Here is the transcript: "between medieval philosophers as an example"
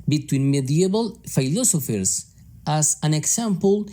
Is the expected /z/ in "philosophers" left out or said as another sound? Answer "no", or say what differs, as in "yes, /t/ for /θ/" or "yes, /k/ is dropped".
yes, /s/ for /z/